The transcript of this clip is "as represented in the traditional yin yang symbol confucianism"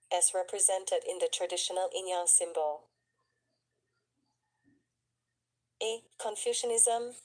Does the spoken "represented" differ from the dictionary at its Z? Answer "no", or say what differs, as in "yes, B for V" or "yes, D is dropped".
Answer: no